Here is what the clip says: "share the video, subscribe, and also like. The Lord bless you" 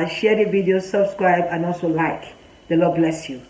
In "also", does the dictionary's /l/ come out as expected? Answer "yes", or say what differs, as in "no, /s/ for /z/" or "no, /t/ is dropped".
yes